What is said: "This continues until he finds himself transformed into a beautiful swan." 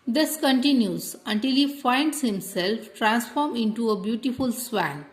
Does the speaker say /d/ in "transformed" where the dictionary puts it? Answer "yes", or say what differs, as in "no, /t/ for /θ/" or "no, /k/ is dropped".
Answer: no, /d/ is dropped